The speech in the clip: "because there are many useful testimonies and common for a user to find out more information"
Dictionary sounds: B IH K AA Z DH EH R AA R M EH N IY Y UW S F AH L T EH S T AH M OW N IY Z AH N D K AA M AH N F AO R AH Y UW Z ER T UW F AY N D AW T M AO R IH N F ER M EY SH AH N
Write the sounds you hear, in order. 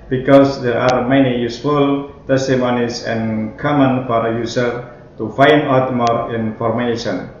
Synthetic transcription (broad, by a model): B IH K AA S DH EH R AA R M EH N IY Y UW S F AH L T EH S T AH M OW N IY S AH N K AA M AH N F AO R AH Y UW S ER T UW F AY N D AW T M AO R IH N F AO M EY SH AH N